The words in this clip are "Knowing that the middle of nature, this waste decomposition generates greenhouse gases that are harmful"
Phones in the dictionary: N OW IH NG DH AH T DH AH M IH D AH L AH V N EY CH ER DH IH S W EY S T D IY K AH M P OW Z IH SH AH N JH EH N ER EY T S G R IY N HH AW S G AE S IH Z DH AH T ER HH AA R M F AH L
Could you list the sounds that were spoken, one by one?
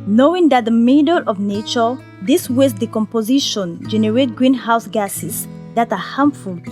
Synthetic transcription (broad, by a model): N OW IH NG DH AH T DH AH M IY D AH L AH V N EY CH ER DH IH S W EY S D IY K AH M P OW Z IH SH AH N JH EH N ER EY T G R IY N HH AW S G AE S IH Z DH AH T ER HH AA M F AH L